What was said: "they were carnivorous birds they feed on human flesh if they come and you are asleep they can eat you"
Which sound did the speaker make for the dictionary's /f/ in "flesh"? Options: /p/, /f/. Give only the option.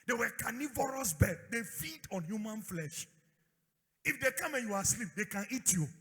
/f/